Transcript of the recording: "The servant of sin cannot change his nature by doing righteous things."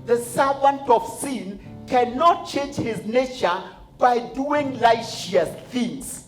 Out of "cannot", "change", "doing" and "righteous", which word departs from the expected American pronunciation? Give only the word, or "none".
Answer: righteous